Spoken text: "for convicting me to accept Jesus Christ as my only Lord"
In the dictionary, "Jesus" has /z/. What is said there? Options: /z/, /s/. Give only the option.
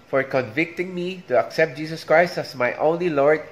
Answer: /s/